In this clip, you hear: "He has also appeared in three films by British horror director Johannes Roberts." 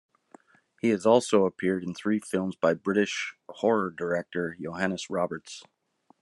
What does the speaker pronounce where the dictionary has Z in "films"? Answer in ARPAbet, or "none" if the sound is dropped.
Z